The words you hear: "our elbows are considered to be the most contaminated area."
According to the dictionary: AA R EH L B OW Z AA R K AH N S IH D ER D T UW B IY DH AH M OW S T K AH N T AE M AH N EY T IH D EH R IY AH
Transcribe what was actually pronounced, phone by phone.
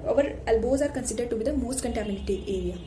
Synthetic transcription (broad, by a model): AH R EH L B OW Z AA R K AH N S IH D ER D T UW B IY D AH M OW S T K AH N T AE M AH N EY T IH EH R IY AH